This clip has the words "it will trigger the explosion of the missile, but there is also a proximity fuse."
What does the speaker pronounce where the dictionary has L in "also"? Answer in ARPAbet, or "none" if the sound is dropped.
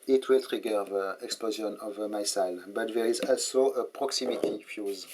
L